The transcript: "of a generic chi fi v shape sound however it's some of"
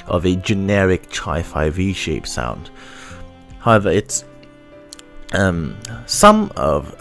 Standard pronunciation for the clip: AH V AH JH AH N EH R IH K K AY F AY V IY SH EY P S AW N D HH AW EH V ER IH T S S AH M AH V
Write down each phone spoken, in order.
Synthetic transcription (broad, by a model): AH V AH JH AH N EH R IH K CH AY F AY V IY SH EY P S AW N D HH AW EH V ER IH T S S AH M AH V